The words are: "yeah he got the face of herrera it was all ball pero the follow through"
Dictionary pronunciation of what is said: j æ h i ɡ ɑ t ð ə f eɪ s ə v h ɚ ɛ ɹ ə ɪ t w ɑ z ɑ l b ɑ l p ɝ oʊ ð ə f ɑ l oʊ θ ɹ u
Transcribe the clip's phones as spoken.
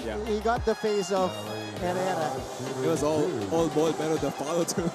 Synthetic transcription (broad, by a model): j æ h i ɡ ɑ t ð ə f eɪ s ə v h ɚ ɛ ɹ ə ɪ t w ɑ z ɑ l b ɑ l b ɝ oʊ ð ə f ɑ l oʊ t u